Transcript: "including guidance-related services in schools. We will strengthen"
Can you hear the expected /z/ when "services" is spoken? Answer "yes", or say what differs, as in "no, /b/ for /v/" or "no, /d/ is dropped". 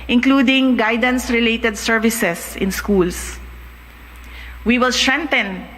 no, /s/ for /z/